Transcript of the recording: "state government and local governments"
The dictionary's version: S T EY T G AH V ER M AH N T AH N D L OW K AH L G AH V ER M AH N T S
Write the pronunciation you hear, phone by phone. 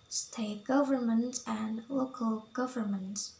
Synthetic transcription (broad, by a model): S T EY T G AH V ER M AH N T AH N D L OW K AH L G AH V ER M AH N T